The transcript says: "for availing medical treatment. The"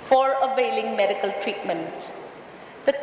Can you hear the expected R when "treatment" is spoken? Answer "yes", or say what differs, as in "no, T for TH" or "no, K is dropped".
yes